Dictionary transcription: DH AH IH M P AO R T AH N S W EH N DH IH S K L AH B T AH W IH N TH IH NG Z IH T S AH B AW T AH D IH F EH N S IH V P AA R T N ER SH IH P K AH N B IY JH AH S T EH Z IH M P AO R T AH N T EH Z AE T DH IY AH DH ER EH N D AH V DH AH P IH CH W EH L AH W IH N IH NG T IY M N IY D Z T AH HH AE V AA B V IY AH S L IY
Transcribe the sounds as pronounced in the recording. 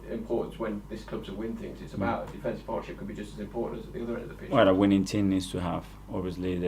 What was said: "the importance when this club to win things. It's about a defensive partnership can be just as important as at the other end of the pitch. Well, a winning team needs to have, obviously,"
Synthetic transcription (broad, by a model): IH M P AO R T N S W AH N DH IH S K L AH B S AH W IH N TH IH NG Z IH T S AH B AW T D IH F EH N S P AA R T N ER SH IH P K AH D B IY JH AH S T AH Z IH M P AO R T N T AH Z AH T DH IY AH DH ER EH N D AH V DH AH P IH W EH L AH W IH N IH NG T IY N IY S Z T AH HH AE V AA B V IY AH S L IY